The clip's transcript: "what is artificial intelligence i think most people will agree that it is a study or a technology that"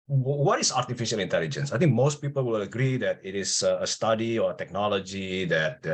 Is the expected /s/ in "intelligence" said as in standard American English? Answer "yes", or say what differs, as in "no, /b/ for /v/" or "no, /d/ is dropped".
yes